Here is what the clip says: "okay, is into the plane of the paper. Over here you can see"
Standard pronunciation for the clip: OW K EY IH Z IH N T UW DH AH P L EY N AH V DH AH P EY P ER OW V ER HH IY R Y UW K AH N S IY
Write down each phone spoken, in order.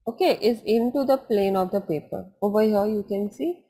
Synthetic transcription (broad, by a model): OW K EY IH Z IH N T UW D AH P L EY N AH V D AH P EY P ER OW B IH HH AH Y UW K AH N S IY